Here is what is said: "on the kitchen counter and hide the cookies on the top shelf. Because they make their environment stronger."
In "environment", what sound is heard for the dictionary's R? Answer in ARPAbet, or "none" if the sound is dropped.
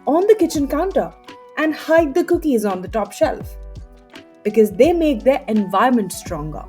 none